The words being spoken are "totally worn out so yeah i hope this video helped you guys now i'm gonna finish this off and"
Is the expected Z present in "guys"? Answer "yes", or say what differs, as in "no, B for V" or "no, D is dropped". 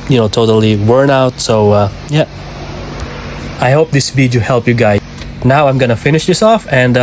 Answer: no, Z is dropped